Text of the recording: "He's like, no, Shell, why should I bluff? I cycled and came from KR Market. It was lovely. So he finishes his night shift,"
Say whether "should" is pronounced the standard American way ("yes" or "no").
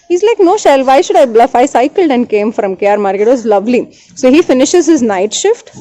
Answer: yes